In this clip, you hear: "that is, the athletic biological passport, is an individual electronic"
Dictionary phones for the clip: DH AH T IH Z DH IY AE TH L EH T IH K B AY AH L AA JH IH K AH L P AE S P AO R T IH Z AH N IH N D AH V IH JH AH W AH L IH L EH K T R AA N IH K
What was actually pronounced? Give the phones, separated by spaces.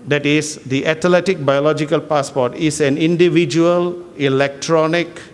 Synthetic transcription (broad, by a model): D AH T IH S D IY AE T L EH T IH K B AY AH L AA JH IH K AH L P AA S P AO T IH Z AH N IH N D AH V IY JH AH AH L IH L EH K T R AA N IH K